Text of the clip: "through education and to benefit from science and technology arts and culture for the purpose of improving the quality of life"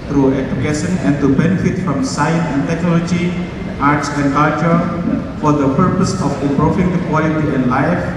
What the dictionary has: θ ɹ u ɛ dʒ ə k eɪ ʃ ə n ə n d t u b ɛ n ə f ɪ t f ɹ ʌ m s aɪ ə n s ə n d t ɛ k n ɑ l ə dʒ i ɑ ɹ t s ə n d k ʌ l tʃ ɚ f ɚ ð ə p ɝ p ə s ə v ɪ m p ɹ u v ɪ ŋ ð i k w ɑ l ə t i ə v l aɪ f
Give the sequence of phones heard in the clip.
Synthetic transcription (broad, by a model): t ɹ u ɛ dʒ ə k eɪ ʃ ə n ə n t u b ɛ n ə f ɪ t f ɹ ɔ m s aɪ ə n s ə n t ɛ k n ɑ l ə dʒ i ɑ ɹ t s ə n k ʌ l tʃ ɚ f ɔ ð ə p ɝ p ə s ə f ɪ p ɹ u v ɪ ŋ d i k w ɑ l ə t i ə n l aɪ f